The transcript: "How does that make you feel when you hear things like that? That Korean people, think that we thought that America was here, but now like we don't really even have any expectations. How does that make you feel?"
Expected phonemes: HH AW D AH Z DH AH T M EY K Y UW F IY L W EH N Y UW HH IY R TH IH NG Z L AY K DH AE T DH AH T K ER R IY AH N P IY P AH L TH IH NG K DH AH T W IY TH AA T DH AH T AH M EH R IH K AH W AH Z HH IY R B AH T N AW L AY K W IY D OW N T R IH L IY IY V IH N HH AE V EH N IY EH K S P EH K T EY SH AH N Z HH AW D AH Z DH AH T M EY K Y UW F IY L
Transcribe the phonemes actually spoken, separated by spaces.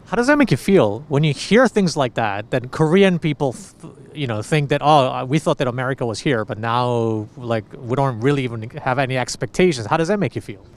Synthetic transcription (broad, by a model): HH AW D AH Z DH AH T M EY K Y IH F IY L W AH N Y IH HH IY R TH IH NG Z L AY K DH AE T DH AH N K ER R IY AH N P IY P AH N TH IH NG K DH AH T W IY TH AA T DH AH T AH M EH R IH K AH W AH Z HH IY R B AH T N AW L AY K W IY D OW N T R IH L IY IY V IH N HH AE V EH N IY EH K S P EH K T EY SH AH N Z HH AW D AH Z DH AH T M EY K Y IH F IY L